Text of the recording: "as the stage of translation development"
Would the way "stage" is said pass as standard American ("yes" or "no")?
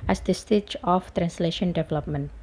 no